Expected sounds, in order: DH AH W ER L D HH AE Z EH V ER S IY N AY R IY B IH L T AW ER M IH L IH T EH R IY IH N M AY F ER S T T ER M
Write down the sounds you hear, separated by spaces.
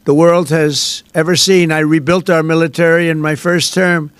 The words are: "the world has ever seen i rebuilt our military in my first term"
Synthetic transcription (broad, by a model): DH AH W ER L D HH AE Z EH V ER S IY N AY R IY B IH L T AW ER M IH L IH T EH R IY IH N M AY F ER S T T ER M